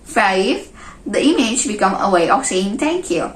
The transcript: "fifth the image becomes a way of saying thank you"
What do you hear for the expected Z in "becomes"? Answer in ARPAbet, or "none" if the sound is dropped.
none